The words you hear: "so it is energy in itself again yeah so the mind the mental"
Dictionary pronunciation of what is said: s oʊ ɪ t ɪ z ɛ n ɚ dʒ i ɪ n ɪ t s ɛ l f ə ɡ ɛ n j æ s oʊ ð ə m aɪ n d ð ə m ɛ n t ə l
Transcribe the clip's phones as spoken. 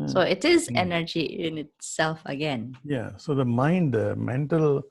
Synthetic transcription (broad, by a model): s oʊ ɪ t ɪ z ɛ n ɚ dʒ i ɪ n ɪ t s ɛ l f ə ɡ ɛ n j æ s oʊ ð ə m aɪ n d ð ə m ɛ n t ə l